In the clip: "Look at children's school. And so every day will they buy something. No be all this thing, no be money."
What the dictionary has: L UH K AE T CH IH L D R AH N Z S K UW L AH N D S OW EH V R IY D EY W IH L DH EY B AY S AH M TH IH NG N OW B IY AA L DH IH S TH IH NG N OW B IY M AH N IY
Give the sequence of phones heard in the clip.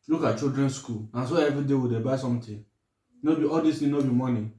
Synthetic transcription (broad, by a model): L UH K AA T CH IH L D R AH N S K UW L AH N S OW EH V R IY D EY W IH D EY B AY S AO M T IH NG N OW B IY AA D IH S T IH N OW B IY M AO N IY